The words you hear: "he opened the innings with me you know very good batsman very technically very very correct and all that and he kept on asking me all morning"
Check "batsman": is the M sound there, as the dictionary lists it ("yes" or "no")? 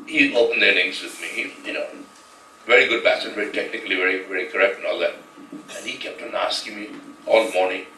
no